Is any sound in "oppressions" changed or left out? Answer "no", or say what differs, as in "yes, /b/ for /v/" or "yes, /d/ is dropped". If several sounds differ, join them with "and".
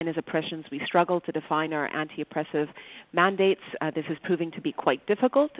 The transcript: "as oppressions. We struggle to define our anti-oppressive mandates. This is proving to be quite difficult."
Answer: no